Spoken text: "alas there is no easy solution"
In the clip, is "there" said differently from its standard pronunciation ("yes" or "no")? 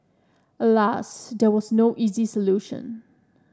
yes